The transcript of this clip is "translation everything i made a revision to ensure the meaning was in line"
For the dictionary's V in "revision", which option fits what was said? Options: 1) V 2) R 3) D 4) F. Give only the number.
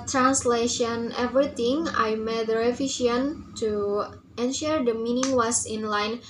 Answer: 4